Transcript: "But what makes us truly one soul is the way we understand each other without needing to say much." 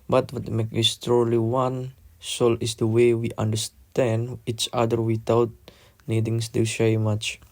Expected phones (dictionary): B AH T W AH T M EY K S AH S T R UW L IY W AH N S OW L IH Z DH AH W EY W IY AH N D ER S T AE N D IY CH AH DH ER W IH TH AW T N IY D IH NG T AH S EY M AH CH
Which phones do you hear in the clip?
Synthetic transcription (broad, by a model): B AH T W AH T M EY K IY S T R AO L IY W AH N S OW L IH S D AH W EY W IY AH N D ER S T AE N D IY CH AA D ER W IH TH AW T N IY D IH NG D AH SH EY M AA CH